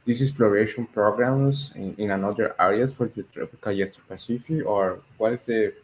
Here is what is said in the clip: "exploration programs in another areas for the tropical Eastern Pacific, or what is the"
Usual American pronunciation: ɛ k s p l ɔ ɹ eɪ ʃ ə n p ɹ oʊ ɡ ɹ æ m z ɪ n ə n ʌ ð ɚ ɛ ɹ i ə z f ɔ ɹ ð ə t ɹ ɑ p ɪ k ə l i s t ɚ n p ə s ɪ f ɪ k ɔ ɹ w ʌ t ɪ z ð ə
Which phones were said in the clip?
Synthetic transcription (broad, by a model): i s s p l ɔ ɹ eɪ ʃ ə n p ɹ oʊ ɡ ɹ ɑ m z ɪ n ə n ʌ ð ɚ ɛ ɹ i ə s f ɔ ɹ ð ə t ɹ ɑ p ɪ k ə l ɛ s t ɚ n p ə s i f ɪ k ɔ ɹ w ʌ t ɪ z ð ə